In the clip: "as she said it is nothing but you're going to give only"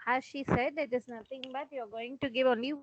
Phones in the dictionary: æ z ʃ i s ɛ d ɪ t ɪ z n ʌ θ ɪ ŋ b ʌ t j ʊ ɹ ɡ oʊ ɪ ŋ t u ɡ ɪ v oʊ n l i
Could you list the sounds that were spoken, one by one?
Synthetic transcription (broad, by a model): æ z ʃ i s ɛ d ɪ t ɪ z n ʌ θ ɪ ŋ b ʌ t j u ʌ ɡ oʊ ɪ ŋ t u ɡ ɪ v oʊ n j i